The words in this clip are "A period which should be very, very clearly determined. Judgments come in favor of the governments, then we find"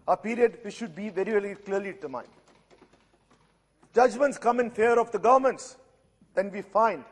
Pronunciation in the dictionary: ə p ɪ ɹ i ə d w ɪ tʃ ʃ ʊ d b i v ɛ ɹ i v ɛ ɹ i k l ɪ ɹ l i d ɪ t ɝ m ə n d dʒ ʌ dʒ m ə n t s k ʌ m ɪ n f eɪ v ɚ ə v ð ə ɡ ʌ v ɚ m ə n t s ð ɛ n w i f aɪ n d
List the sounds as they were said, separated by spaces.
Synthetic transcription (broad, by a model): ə p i ɹ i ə d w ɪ ʃ ʊ d b i v ɛ ɹ i v ɛ ɹ i k l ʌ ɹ l i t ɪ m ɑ ə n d dʒ ʌ dʒ m ə n t s k ʌ m ɪ n f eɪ ɚ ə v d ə ɡ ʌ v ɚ m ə n t s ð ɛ n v i f aɪ n d